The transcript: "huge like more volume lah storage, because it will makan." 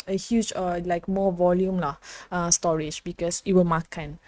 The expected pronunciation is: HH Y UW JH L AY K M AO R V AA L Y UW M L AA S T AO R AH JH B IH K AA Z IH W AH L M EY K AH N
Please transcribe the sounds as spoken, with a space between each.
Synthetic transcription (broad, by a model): HH Y UW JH L AY K M AO V AA L Y UW M L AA S T AO R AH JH B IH K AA S IH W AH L M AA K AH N